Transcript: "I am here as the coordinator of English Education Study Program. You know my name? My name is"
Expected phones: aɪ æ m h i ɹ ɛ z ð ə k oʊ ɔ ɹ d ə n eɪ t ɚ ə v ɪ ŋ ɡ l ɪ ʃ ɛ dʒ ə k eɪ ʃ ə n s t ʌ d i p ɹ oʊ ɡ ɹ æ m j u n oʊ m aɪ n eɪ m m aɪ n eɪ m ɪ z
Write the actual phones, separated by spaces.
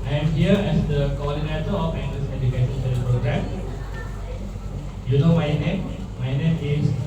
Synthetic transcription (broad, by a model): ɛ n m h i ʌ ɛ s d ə k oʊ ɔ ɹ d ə n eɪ t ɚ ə f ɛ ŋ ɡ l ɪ s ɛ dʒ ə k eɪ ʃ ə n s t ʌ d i p ɹ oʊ ɡ ɹ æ m j u n oʊ m aɪ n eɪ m m aɪ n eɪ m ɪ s